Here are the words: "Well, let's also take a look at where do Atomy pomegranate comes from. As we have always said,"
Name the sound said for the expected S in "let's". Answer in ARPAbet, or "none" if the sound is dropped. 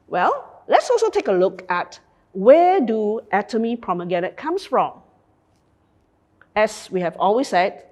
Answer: S